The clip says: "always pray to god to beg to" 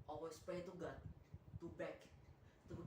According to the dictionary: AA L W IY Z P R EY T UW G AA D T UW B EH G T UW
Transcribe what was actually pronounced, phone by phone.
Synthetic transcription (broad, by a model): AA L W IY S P EY T UW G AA T UW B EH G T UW